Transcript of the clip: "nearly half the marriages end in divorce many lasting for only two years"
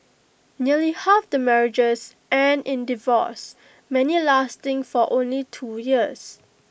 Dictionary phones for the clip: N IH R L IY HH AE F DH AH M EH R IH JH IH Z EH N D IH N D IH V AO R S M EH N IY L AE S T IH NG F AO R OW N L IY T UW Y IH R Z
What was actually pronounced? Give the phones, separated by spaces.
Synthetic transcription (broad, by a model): N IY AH L IY HH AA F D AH M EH R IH JH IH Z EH N IH N D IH V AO S M EH N IY L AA S T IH NG F AO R OW N L IY T UW Y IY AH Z